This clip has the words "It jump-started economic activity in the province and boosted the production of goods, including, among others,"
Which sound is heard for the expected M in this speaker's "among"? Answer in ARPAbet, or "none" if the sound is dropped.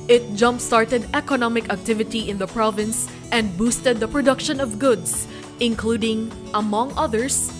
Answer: M